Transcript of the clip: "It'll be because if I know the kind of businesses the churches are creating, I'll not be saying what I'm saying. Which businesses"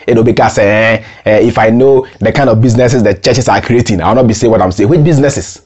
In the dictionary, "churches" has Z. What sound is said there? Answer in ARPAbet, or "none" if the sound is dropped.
S